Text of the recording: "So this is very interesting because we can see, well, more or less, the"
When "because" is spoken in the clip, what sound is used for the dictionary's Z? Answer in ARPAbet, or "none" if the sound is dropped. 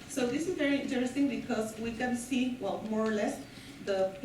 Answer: S